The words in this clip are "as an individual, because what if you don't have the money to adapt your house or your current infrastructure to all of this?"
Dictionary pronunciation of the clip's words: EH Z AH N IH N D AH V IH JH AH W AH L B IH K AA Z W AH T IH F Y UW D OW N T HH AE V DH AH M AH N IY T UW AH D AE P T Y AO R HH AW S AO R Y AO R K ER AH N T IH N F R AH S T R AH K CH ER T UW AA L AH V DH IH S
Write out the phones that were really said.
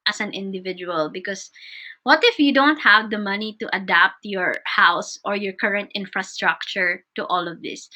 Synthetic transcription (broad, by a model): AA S AH N IH N D AH V IH JH AH W AH L B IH K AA S W AH T IH F Y UW D OW N T HH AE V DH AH M AH N IY T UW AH D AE P T Y AO R HH AW S AO R Y AO R K ER AH N T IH N F R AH S T R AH K CH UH T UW AA L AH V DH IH S